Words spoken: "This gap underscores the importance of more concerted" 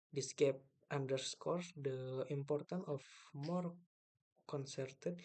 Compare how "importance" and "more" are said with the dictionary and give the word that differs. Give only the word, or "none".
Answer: importance